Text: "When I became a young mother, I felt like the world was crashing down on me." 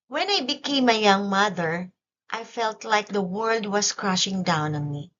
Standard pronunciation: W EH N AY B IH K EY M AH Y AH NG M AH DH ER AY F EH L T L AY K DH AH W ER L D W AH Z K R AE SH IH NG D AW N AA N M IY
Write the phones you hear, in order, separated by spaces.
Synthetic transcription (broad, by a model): W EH N AY B IH K EY M AH Y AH NG M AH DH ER AY F EH L T L AY K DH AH W ER L D W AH S K R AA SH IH NG D AW N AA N M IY